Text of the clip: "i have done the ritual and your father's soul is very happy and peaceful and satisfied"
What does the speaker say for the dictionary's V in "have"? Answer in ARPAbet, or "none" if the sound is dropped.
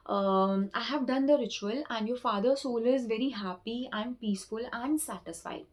V